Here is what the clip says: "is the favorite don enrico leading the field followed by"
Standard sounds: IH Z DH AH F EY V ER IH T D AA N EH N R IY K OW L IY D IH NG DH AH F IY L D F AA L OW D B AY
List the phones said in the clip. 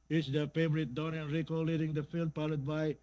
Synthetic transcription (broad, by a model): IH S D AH F EY V ER IH T D AA N EH N R IY K OW L IY D IH NG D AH F IY L D P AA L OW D B AY